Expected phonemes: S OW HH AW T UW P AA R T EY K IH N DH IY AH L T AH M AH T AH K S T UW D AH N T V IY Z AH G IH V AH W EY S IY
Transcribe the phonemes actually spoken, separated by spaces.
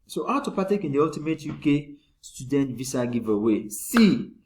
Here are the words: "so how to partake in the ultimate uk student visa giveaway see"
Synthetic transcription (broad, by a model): S OW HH AW T UW P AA T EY K IH N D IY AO L T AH M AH T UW K S T UW D AH N T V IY S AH G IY V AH W EY S IY